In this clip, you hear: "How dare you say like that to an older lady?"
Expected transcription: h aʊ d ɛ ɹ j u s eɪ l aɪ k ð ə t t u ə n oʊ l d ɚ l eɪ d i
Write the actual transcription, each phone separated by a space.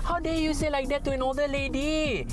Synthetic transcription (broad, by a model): h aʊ d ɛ j u s eɪ l aɪ k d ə t t u ə n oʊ d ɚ l eɪ d i